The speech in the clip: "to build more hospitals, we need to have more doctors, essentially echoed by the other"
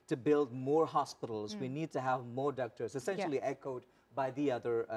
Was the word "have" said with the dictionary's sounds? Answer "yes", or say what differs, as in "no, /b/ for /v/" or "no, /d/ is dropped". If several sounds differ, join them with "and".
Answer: yes